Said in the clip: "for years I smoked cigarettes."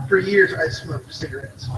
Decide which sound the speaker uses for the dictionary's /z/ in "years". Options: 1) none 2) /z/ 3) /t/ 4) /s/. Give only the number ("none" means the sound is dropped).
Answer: 2